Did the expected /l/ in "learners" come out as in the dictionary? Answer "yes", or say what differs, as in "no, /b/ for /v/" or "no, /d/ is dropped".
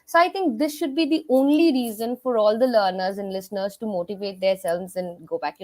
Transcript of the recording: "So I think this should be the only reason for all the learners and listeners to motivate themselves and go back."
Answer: yes